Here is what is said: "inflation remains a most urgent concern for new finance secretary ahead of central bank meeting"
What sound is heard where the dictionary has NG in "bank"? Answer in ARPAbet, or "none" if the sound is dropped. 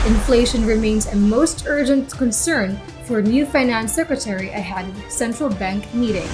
NG